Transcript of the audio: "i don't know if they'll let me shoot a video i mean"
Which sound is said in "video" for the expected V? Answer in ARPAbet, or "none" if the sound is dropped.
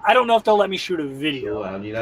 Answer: V